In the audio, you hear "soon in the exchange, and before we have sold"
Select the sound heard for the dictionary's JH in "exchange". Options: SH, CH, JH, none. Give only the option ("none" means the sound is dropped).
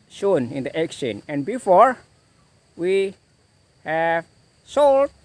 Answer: none